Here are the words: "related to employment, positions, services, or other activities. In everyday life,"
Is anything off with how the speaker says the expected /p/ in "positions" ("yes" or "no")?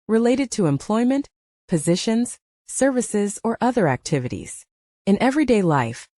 no